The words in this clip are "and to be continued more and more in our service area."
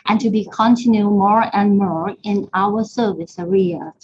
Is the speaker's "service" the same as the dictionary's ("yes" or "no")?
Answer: yes